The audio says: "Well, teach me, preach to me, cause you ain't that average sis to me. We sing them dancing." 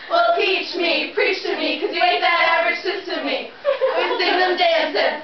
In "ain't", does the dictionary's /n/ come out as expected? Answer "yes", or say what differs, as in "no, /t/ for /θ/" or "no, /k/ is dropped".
no, /n/ is dropped